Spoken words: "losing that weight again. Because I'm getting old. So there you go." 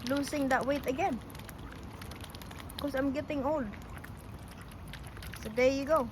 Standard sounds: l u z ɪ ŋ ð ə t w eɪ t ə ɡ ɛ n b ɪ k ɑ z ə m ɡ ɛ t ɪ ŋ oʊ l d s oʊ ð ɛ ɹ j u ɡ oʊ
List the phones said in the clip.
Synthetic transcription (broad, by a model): l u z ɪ ŋ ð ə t w eɪ t ə ɡ ɛ n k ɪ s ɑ ə m ɡ ɛ t ɪ ŋ oʊ l d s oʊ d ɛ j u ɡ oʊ